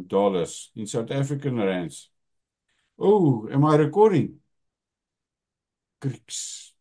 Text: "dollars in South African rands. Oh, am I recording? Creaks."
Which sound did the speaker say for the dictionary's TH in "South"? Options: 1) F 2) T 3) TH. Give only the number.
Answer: 2